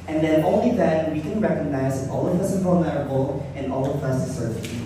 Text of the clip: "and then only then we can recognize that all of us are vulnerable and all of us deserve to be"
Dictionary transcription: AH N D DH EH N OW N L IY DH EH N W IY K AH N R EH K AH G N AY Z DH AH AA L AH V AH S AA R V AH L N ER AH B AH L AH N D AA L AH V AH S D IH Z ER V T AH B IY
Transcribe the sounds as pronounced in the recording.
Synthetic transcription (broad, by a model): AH N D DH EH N OW N L IY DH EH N W IY K AH N R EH K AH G N AY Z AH AA L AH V AH S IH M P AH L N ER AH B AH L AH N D AA L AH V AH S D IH S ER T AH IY